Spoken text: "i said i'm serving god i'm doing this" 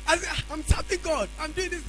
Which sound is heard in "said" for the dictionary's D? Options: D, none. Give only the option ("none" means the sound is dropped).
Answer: none